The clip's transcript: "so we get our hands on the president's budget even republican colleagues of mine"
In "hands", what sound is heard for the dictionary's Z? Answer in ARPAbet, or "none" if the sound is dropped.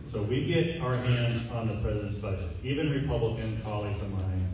Z